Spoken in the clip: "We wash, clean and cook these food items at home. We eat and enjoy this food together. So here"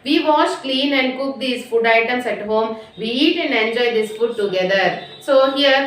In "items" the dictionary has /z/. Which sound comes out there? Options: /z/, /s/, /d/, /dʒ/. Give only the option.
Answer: /s/